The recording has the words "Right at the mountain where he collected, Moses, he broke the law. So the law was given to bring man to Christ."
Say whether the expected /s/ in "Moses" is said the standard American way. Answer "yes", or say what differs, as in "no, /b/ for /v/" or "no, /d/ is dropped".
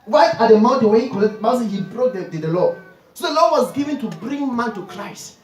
no, /s/ is dropped